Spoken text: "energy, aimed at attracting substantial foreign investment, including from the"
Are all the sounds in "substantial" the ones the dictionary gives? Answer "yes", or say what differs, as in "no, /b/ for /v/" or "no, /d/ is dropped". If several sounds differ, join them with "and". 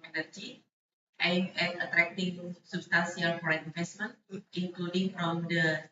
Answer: no, /s/ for /ʃ/